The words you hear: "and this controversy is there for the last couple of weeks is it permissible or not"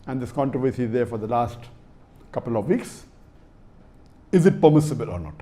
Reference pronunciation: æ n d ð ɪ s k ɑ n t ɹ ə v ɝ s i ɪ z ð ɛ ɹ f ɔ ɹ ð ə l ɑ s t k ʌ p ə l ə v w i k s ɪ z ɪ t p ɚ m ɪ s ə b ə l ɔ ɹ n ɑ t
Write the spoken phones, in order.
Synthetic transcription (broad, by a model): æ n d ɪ s k ɑ n t ɹ ə v ɝ s i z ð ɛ ɹ f ɔ ɹ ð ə l ɑ s t k ʌ p ə l ə v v i k s ɪ z ɪ t p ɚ m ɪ s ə b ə l ɔ ɹ n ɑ t